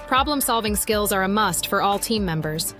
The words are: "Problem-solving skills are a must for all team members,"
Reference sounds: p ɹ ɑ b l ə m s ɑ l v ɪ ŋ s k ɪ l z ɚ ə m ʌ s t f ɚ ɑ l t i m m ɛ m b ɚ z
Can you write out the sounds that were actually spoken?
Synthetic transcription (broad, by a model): p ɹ ɑ b l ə m s ɑ l v ɪ ŋ s k ɪ l z ɚ ə m ʌ s t f ɚ ɑ l t i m m ɛ m b ɚ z